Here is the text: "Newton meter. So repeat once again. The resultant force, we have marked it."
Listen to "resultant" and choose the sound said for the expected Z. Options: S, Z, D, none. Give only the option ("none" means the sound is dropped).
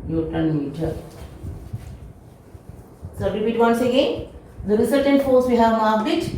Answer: S